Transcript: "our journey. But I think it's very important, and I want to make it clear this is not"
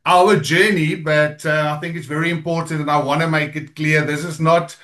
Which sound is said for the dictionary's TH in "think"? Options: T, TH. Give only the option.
TH